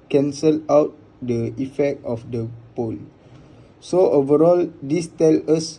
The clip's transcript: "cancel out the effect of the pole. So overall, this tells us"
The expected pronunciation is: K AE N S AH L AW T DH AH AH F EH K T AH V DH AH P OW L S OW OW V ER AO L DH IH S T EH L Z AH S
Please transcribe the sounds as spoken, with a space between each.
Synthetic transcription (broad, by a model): K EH N S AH L AW T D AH AH F EH K T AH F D AH P OW L S OW OW V ER AO L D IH S T EH L AH S